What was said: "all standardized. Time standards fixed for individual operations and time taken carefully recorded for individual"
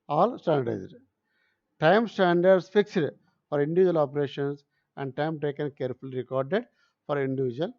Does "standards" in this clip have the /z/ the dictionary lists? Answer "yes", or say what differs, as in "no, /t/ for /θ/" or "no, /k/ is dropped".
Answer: no, /s/ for /z/